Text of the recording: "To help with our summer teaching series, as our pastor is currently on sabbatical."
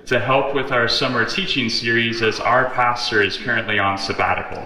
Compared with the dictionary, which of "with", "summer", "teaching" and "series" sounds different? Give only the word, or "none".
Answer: none